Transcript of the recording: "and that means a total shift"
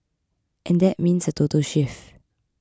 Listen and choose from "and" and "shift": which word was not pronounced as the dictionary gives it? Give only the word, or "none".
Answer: shift